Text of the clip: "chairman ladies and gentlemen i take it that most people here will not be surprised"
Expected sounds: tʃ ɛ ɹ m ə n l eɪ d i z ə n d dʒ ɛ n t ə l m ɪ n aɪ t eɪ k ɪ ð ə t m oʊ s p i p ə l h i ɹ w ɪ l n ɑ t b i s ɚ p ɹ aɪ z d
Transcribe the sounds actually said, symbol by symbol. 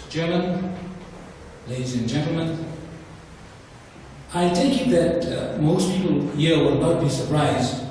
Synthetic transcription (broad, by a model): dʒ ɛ ɹ m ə n l eɪ d i z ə n dʒ ɛ n t l m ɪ n aɪ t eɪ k ɪ ð ə t m oʊ s p i p ə l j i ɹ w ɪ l n ɑ t b i s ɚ p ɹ aɪ z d